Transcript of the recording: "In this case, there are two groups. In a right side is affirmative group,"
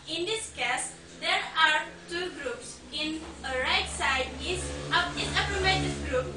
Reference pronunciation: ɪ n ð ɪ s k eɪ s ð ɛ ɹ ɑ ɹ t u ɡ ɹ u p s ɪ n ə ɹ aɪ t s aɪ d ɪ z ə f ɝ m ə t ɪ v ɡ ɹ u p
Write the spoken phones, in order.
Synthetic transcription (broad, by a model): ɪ n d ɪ s k eɪ s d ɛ ɹ ɑ ɹ t u ɡ ɹ u p s ɪ n ə ɹ aɪ t s aɪ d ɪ s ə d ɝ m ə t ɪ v ɡ ɹ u p